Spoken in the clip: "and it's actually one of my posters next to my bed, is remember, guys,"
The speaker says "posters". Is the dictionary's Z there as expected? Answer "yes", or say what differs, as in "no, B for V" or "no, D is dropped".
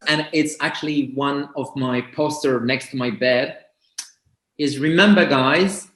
no, Z is dropped